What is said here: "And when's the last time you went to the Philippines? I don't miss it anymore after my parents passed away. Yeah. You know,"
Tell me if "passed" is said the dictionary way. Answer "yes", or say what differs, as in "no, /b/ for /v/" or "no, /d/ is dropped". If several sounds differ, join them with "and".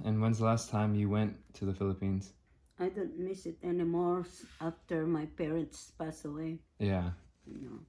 no, /t/ is dropped